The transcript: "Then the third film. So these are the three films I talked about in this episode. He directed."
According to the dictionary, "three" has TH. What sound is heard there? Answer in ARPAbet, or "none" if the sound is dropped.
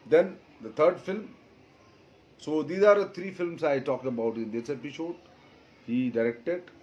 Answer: T